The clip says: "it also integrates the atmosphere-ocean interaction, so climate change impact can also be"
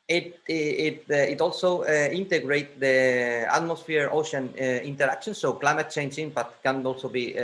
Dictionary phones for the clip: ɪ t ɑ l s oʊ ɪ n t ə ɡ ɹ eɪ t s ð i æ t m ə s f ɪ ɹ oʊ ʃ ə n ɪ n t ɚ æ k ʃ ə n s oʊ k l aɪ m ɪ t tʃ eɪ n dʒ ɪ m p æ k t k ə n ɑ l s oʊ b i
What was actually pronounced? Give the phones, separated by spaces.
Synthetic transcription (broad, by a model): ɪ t ɑ l s oʊ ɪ n t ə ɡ ɹ eɪ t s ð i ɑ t m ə s f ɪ ɹ oʊ ʃ ə n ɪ n t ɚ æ k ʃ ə n s oʊ k l aɪ m ɪ t tʃ eɪ n dʒ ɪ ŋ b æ t k ə n ɑ l s oʊ b i